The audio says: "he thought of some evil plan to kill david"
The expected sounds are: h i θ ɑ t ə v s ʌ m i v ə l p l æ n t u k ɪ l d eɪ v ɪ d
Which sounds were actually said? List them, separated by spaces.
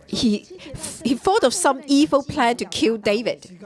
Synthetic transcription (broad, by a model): h i f ɑ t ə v s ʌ m i v ə l p l æ n t u k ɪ l d eɪ v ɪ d